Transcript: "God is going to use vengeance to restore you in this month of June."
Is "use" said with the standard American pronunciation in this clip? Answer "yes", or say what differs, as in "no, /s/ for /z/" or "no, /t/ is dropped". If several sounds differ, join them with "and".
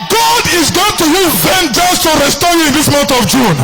no, /s/ is dropped